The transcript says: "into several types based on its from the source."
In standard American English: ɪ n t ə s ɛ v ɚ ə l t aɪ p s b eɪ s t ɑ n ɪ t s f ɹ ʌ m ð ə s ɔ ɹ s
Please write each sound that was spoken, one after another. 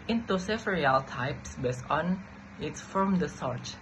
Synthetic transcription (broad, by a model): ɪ n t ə s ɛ f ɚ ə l t aɪ p s b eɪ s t ɑ n ɪ t s f ɹ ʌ m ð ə s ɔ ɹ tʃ